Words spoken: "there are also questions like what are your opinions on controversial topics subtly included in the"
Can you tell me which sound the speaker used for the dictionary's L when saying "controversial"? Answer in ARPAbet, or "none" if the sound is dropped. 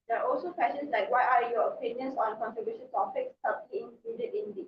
N